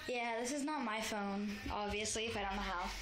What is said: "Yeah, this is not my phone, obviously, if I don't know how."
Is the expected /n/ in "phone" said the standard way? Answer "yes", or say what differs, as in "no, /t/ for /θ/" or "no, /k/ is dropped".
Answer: yes